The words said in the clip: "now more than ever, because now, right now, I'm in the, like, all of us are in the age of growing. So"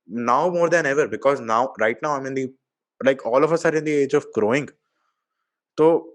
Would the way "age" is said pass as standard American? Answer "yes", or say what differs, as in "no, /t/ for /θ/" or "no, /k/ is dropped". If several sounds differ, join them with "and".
yes